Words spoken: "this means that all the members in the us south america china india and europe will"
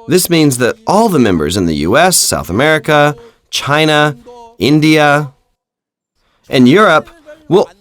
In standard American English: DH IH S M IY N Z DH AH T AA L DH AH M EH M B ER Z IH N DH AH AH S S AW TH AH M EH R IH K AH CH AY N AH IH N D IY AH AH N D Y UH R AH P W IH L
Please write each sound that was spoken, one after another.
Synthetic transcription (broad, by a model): DH IH S M IY N Z DH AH T AA L DH AH M EH M B ER Z IH N DH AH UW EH S AW TH AH M EH R IH K AH CH AY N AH IH N D IY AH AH N Y UH R AH P W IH L